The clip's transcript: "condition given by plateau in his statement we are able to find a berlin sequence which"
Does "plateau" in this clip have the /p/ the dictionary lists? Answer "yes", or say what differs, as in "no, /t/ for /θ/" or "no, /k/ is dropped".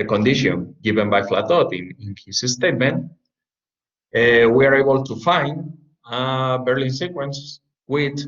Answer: no, /f/ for /p/